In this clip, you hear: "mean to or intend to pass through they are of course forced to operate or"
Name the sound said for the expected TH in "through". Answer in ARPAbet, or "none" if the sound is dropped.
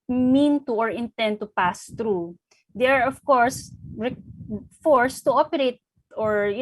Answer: T